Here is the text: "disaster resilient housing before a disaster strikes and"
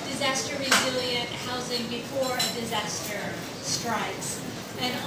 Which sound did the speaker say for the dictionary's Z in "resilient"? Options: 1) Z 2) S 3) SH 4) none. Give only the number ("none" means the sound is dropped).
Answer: 1